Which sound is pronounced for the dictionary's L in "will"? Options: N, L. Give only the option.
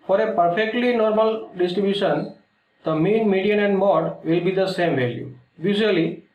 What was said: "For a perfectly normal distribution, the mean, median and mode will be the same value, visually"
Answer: L